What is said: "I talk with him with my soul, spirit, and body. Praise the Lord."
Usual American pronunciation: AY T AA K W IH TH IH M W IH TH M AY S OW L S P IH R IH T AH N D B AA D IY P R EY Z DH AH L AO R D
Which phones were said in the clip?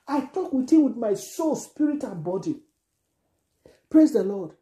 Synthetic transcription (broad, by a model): AY T AA K W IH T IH W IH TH M AY S OW L S P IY R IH T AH N B AA D IY P R EY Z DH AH L AO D